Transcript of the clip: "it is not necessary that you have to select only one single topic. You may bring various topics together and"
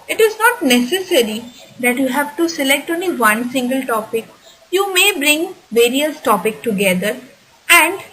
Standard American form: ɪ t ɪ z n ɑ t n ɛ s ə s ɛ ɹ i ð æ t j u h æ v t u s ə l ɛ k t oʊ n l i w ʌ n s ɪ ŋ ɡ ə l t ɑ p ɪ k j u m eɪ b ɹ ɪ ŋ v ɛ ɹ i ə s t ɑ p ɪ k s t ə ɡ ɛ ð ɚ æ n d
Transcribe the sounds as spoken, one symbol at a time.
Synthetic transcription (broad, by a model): ɪ t ɪ z n ɑ t n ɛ s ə s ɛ ɹ i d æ t j u h æ v t u s ə l ɛ k t oʊ n l i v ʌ n s ɪ ŋ ɡ ə l t ɑ p ɪ k j u m eɪ b ɹ ɪ ŋ v ɛ ɹ i ə s t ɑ p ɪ k t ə ɡ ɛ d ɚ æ n d